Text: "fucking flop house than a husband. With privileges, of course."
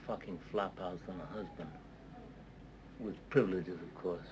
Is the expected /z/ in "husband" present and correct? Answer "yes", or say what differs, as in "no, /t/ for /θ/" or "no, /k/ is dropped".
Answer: yes